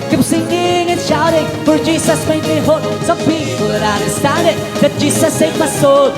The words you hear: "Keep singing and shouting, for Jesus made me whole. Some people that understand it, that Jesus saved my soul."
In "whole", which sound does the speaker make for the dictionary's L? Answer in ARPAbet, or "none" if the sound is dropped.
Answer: N